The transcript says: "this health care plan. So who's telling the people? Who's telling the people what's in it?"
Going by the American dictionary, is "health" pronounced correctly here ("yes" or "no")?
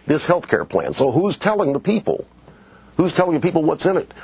yes